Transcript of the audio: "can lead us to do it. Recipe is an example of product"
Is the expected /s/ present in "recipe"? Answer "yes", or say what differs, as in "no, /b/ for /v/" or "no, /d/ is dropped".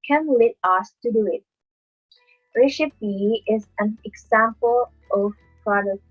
no, /ʃ/ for /s/